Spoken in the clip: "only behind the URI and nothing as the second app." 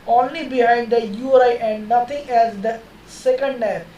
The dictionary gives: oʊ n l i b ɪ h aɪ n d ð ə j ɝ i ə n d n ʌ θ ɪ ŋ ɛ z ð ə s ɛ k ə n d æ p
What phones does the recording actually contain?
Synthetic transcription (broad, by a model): oʊ n l i b ɪ h aɪ n d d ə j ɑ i ə n d n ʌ t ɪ ŋ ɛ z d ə s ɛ k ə n d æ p